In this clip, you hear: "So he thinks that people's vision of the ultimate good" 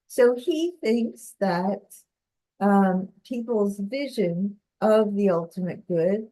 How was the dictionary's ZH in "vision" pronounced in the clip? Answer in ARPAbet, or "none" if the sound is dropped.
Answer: ZH